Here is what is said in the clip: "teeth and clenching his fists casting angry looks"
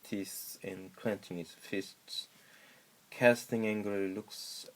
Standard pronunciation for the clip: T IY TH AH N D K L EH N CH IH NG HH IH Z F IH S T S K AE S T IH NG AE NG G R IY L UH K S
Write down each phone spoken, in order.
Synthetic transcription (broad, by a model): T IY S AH N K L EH N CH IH NG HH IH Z F IH S T S K AE S T IH NG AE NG G IY L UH K S